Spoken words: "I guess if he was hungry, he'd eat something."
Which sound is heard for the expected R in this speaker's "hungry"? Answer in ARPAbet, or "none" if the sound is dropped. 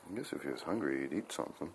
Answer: R